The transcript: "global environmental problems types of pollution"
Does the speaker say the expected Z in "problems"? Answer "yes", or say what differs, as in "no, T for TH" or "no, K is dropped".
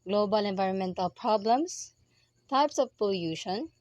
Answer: no, S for Z